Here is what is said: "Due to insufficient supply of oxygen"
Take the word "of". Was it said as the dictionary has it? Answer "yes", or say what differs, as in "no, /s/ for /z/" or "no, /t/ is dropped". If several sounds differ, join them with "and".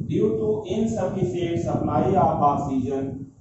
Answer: no, /p/ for /v/